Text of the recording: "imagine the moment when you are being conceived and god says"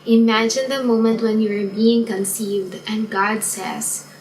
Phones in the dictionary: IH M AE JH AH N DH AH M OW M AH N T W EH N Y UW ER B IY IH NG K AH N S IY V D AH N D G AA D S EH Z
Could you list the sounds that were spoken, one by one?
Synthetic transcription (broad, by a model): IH M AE JH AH N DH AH M OW M AH N T W EH N Y UW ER B IY IH NG K AH N S IY V D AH N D G AA D S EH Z